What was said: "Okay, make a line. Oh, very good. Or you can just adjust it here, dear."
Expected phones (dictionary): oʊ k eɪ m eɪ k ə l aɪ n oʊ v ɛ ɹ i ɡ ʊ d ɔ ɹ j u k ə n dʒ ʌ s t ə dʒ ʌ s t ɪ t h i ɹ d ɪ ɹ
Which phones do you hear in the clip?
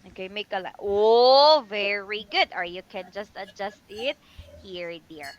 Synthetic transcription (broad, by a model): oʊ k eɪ m eɪ k ə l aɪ oʊ v ɛ ɹ i ɡ ʊ d ɔ ɹ j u k ə n dʒ ʌ s t ə dʒ ʌ s t ɪ t h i ɹ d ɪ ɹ